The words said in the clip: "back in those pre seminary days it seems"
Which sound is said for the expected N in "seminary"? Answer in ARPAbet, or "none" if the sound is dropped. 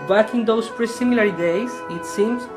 L